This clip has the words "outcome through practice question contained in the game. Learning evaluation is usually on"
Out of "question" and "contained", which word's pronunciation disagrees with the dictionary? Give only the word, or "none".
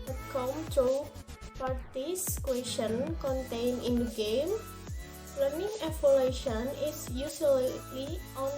contained